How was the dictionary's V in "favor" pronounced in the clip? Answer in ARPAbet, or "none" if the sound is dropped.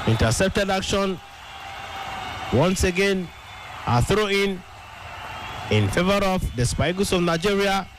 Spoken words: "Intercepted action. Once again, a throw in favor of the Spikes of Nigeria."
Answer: V